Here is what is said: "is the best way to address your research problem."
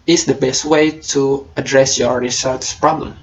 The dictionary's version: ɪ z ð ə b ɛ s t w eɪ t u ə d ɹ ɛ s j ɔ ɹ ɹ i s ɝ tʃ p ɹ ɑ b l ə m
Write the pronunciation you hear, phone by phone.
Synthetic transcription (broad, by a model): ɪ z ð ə b ɛ s t w eɪ t u ə d ɹ ɛ s j ɔ ɹ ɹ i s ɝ s p ɹ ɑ b l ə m